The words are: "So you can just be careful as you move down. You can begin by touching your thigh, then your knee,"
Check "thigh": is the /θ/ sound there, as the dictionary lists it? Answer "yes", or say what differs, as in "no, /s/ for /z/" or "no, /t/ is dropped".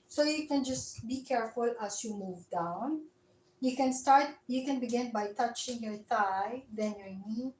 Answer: no, /t/ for /θ/